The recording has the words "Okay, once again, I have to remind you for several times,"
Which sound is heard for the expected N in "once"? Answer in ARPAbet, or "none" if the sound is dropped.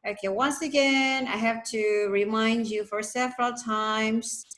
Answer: N